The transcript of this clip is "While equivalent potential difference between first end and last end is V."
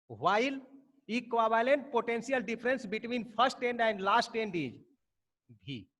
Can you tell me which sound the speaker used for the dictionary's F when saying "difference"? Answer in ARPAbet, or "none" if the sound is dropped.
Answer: P